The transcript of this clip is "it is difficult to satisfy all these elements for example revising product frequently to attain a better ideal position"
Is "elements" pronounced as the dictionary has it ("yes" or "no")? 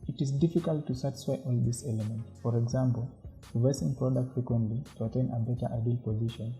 no